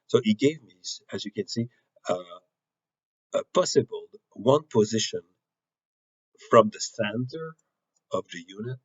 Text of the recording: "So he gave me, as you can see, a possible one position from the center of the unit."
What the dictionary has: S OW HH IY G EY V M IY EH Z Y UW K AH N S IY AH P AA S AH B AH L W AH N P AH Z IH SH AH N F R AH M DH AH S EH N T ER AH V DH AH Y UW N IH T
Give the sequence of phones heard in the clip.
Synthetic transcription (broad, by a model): S OW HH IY G EY V M IY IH Z Y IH K AH N S IY AH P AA S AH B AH L W AH N P AH Z IH SH AH N F R AH M DH AH S EH N T ER AH V DH AH Y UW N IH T